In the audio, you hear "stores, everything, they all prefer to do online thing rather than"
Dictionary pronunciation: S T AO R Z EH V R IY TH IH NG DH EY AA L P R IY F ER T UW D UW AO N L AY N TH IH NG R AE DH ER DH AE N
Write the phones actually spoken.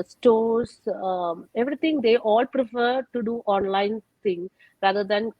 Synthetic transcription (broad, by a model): S T AO R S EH V R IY T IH NG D EY AA L P R IY F ER T UW D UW AO N L AY N T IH NG R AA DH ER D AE N